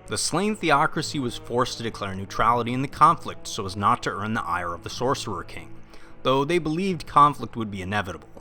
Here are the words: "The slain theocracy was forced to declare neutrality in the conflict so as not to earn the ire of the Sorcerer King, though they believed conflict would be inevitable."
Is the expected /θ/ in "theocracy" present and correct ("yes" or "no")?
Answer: yes